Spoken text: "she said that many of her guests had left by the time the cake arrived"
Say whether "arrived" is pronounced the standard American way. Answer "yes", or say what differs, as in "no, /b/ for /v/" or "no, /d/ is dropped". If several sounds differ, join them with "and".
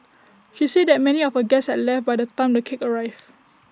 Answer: no, /d/ is dropped